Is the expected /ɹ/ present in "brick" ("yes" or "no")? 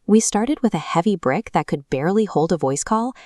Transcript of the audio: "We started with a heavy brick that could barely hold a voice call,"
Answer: yes